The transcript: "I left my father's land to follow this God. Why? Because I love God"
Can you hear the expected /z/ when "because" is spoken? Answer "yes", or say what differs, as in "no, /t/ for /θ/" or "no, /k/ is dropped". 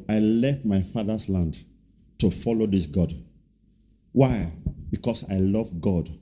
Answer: no, /s/ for /z/